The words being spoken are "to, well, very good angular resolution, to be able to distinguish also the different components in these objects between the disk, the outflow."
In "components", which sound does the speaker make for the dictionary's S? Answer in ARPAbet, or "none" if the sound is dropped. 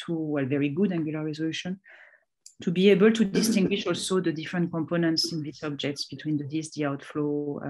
S